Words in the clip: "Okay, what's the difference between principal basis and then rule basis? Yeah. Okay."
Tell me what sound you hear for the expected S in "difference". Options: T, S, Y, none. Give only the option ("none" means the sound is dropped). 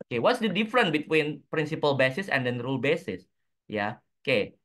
none